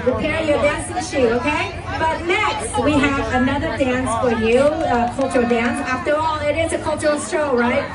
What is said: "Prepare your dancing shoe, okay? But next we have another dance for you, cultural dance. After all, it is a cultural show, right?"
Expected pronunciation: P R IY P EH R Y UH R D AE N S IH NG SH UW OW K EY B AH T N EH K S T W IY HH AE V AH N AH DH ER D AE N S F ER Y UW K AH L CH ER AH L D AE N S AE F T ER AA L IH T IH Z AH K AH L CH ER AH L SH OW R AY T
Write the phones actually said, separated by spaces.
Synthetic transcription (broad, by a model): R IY P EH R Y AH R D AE N S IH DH SH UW OW K EY B AH T N EH K S T W IY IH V AH N AH DH ER D AE N S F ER Y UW K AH L CH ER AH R D AE N S AE F T ER AA L IH T IH Z AH K AH L CH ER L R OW R AY T